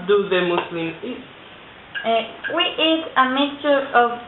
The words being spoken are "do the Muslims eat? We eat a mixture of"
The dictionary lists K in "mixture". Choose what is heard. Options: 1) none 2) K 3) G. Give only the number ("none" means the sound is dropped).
1